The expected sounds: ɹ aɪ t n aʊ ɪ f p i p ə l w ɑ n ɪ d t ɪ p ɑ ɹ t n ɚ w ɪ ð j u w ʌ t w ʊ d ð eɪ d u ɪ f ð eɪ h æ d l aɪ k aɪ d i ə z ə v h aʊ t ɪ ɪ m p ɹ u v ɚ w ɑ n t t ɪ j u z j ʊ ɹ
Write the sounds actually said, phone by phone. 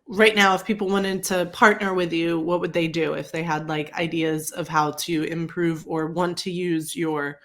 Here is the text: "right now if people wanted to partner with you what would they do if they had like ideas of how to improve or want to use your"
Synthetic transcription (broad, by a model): ɹ aɪ t n aʊ ɪ f p i p l w ɑ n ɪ d t ɪ p ɑ ɹ t n ɚ w ɪ ð j u w ʌ t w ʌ d ð eɪ d u ɪ f ð eɪ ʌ d l aɪ k aɪ d i ə z ə v h aʊ t ɪ ɪ m p ɹ u v ɚ w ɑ n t t ɪ j u z j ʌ ɹ